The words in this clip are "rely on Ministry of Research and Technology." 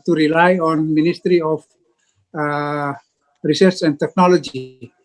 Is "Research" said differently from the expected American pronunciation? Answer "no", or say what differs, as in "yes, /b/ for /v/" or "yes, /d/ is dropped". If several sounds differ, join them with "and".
yes, /s/ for /tʃ/